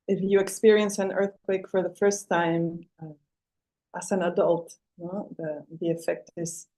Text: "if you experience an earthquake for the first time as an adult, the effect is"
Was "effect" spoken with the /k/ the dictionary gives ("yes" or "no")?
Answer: yes